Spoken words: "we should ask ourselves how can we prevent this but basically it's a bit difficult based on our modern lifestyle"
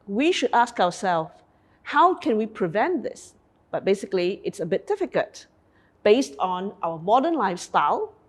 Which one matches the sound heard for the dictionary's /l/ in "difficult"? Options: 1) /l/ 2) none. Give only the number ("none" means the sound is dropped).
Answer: 2